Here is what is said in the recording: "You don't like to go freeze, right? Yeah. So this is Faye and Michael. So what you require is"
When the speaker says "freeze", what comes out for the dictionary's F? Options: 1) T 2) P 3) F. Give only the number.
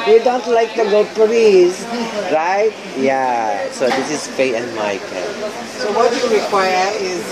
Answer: 2